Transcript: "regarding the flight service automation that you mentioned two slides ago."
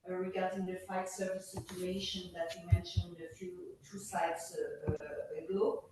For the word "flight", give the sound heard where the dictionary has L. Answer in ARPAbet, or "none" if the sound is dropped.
none